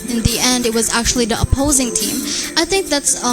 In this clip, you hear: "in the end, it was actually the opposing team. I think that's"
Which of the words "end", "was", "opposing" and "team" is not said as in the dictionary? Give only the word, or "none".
none